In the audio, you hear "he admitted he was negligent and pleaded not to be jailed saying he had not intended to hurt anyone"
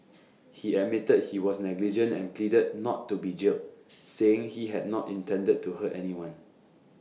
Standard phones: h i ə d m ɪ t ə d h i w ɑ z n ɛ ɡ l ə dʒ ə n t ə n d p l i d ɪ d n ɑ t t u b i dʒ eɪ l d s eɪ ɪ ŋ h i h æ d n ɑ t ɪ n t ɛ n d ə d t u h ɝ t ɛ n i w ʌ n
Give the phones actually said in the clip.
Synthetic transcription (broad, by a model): h i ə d m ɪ t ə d h i w ɑ s n ɛ ɡ l ə dʒ ə n t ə n p l i d ɪ d n ɑ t t u b i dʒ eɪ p s eɪ ɪ ŋ h i h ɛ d n ɑ t ɪ n t ɛ n d ə d t u h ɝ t ɛ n i w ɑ n